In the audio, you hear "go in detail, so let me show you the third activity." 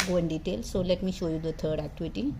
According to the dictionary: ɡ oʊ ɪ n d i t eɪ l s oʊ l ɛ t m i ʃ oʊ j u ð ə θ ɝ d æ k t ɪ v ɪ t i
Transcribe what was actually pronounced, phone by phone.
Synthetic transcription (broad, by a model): ɡ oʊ ɪ n d i t eɪ l s oʊ l ɛ t m i ʃ oʊ j u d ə t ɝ d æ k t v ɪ t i